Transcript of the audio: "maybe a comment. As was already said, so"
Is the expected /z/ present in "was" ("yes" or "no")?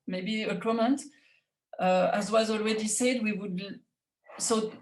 yes